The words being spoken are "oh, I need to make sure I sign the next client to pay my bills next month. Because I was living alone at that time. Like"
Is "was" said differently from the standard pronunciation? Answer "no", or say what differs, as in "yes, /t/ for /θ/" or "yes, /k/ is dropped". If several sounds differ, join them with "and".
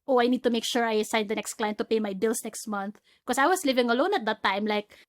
yes, /s/ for /z/